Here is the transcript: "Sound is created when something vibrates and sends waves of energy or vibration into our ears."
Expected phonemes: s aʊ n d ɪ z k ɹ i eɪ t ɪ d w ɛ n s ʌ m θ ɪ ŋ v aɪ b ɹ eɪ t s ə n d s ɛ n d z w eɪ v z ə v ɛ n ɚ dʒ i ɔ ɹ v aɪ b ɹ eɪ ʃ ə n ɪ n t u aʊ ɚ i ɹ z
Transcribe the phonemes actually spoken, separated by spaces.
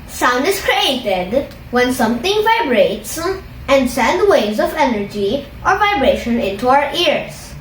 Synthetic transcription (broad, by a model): s aʊ n d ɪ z k ɹ i eɪ t ɪ d w ɛ n s ʌ m t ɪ ŋ v aɪ b ɹ eɪ t s ə n d s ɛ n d w eɪ z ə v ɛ n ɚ dʒ i ɔ ɹ v aɪ b ɹ eɪ ʃ ə n ɪ n t u aʊ ɚ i ɹ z